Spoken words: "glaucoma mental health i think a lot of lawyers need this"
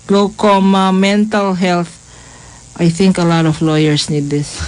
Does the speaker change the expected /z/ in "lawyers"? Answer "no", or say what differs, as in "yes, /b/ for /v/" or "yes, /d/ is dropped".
yes, /s/ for /z/